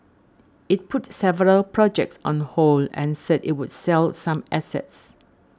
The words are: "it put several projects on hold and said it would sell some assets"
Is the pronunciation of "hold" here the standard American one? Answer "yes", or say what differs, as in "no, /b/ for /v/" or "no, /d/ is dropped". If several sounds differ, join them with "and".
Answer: no, /d/ is dropped